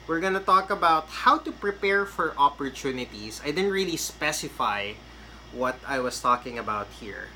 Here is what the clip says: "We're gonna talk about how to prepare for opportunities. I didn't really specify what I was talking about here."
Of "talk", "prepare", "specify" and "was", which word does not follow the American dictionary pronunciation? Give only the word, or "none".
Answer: was